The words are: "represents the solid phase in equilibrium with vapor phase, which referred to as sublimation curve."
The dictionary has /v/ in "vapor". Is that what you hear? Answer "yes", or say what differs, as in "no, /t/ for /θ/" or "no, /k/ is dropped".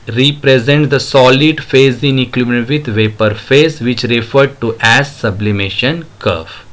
yes